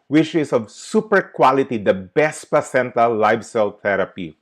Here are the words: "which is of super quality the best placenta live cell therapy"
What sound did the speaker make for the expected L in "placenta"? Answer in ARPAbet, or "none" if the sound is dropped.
none